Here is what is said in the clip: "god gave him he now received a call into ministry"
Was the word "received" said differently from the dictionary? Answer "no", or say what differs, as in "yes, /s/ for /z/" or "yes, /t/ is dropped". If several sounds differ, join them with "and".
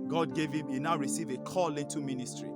yes, /d/ is dropped